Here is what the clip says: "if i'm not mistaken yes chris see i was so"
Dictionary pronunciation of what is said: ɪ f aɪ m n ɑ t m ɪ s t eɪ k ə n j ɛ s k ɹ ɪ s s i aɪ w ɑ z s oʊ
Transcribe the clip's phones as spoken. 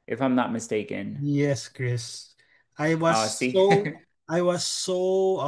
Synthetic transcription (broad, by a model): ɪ f aɪ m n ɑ t m ɪ s t eɪ k ə n j ɛ s k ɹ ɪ s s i aɪ w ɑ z s oʊ